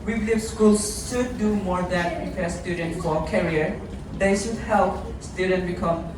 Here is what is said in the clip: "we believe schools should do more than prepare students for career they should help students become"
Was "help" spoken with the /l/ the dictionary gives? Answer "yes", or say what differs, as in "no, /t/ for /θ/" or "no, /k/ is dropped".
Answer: yes